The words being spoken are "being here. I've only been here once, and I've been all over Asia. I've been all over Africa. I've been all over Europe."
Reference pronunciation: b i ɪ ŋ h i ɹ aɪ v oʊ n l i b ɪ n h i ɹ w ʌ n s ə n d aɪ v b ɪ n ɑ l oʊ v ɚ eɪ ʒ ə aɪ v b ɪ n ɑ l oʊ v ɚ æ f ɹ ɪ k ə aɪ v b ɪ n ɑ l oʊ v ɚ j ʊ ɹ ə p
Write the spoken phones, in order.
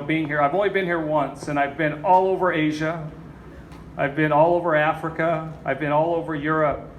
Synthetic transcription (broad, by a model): b i ɪ ŋ h i ɹ aɪ v oʊ n l i b ɪ n h i ɹ w ʌ n s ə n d aɪ v b ɪ n ɑ l oʊ v ɚ eɪ ʒ ə aɪ v b ɪ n ɑ l oʊ v ɚ æ f ɹ ɪ k ə aɪ v b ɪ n ɑ l oʊ v ɚ j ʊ ɹ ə p